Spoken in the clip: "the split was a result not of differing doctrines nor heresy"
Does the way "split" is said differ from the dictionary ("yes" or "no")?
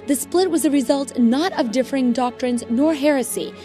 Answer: no